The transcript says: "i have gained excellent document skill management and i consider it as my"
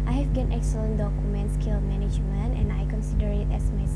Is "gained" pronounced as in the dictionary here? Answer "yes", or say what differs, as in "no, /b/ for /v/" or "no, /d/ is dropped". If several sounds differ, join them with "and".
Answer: no, /d/ is dropped